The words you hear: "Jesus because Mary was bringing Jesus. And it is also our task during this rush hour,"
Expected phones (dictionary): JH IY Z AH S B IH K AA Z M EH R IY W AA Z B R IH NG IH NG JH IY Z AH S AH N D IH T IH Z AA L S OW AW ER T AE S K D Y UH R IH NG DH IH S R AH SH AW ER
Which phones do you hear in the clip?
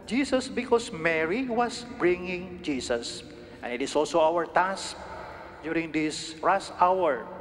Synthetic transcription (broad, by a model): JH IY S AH S B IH K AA S M EH R IY W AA S B R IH NG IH NG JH IY S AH S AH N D IH T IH S AA L S OW AW ER T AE S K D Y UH R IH NG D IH S R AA S AW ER